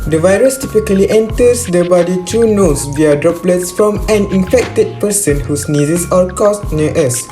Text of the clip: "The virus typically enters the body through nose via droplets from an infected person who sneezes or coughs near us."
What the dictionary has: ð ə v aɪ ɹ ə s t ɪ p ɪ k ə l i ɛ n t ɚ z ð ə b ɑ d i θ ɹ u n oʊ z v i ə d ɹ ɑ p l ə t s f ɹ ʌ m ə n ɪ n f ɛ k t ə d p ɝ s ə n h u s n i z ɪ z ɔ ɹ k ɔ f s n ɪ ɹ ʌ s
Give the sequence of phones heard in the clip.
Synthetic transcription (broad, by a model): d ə v aɪ ɹ ə s t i p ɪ k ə l i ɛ n t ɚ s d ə b ɑ d i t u n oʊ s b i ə d ɹ ɑ p l ə t s f ɹ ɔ m ə n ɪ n f ɛ k t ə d p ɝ s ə n h u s n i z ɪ s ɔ l k ɔ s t n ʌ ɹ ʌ s